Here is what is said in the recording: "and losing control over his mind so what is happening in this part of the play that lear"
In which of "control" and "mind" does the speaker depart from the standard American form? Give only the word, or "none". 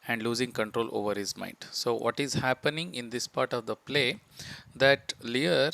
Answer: none